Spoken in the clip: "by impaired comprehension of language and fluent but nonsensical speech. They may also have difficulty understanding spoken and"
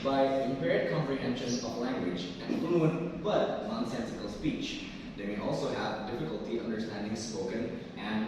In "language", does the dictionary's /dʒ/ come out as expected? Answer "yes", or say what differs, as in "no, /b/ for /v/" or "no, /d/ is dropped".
yes